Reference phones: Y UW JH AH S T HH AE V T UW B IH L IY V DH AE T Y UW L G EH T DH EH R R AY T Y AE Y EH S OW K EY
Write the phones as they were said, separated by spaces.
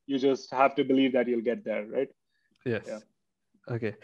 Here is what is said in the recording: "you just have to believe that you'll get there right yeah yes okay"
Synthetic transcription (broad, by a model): Y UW JH AH S T HH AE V T UW B IH L IY V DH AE T Y UW L G EH T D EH R R AY T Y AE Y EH OW K EY